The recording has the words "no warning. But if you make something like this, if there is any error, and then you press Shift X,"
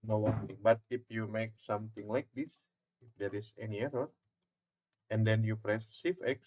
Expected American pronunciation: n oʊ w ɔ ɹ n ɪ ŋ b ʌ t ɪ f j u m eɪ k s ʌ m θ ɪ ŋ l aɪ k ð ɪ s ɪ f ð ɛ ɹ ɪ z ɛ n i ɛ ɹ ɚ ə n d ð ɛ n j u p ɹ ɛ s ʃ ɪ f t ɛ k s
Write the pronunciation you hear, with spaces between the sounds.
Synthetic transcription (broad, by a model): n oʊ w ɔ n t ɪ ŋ b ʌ t ɪ f j u m eɪ k s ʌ m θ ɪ ŋ l aɪ k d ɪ s ɪ f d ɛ ɹ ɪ s ɛ n i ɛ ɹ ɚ ə n d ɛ n j u p ɹ ɛ s s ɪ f ɛ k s